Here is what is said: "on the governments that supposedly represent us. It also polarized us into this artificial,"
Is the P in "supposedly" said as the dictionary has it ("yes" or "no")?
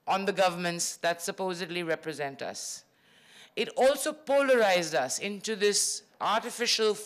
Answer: yes